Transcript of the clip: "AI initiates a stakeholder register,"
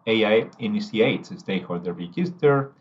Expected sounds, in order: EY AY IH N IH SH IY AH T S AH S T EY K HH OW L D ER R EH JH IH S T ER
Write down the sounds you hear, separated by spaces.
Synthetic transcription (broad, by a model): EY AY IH N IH S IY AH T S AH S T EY HH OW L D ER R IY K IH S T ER